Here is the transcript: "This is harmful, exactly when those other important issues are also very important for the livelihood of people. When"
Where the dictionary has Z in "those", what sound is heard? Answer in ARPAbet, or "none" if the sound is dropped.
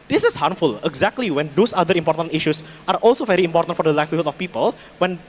S